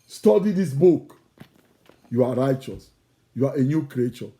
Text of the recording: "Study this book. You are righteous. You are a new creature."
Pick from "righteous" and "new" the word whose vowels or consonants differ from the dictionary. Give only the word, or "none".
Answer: none